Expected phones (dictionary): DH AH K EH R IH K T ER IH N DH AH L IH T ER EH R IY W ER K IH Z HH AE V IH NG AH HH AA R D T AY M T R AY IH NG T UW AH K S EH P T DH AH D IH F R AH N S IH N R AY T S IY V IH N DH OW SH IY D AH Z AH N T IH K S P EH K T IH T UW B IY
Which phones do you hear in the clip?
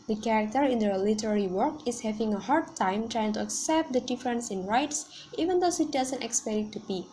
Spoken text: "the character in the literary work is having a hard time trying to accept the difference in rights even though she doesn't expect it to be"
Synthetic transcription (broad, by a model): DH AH K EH R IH K T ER IH N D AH L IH T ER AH R IY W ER K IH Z HH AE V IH NG AH HH AA R D T AY M T R AY IH NG T UW AH K S EH P T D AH D IH F R AH N S IH N R AY T S IY V IH N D OW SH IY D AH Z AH N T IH K S P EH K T T UW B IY